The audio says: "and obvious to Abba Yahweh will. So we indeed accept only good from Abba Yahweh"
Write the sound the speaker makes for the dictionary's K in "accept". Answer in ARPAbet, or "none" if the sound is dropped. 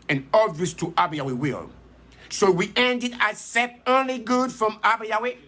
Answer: none